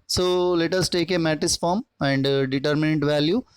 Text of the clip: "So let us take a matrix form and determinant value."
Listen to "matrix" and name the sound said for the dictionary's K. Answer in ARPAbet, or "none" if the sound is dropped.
none